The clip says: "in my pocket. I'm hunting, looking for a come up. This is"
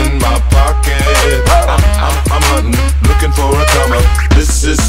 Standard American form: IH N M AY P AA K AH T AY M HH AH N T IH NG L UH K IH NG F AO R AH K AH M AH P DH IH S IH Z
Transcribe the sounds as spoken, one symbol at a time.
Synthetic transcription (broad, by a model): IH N M AY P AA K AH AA AY M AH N L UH K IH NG F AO W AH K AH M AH DH IH S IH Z